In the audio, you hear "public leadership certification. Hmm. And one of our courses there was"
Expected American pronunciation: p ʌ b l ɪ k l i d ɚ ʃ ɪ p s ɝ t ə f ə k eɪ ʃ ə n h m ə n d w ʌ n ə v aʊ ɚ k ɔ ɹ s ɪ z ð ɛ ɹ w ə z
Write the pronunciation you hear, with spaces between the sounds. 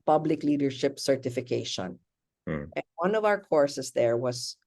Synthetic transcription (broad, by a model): p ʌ b l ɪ k l i d ɚ ʃ ɪ p s ɝ t ə f ə k eɪ ʃ ə n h ə n d w ʌ n ə v aʊ ɚ k ɔ ɹ s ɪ s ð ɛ ɹ w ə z